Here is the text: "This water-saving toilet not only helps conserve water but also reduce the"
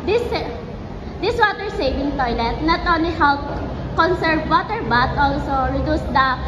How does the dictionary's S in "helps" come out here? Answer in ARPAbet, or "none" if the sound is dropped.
none